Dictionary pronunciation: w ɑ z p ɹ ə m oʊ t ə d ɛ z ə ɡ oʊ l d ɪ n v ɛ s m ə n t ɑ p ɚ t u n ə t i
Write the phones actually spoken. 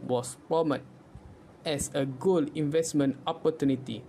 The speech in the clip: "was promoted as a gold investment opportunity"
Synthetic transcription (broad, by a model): w ɑ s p ə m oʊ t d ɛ s ə ɡ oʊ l ɪ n v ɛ s m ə n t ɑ p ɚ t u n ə t i